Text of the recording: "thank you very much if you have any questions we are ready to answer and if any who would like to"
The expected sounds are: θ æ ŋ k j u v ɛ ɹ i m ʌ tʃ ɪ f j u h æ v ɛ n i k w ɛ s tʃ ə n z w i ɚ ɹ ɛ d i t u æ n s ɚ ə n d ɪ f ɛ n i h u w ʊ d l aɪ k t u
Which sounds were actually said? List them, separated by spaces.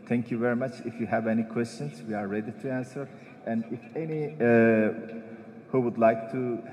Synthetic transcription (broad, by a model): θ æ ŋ k j u v ɛ ɹ i m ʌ tʃ ɪ f j u h æ v ɛ n i k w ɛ s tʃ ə n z w i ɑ ɹ ɛ d i t u æ n s ɚ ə n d ɪ f ɛ n i h u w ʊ d l aɪ k t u